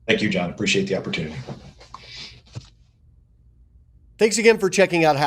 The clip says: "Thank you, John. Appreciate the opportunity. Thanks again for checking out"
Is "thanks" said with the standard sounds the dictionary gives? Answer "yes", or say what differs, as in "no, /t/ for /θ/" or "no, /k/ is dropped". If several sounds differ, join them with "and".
yes